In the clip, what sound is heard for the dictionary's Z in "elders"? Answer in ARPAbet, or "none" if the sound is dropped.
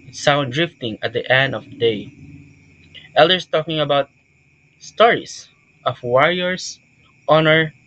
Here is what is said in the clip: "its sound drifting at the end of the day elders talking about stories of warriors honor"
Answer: S